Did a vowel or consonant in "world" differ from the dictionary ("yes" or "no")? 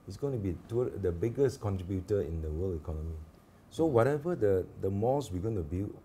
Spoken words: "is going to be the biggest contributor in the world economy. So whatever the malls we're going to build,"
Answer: yes